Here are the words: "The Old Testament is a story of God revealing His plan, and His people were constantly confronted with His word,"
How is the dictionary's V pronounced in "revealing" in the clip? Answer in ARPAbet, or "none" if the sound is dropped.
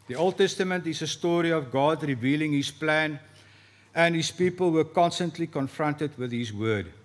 V